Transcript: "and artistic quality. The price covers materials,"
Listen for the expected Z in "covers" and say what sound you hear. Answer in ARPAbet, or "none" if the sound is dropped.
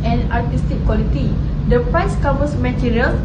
S